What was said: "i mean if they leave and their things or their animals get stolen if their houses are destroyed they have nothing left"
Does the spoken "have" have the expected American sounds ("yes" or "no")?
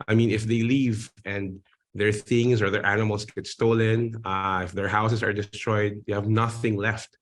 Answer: yes